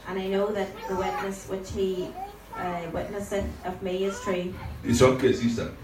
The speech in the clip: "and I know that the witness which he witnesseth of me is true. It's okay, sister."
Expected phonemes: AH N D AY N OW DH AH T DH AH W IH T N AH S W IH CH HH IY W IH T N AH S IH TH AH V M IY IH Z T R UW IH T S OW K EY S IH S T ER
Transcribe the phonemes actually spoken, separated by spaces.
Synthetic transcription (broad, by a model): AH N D AY N OW DH AH T DH AH W IH T N AH S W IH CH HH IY W IH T N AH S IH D AH V M IY IH Z T R UW IH T S OW K EY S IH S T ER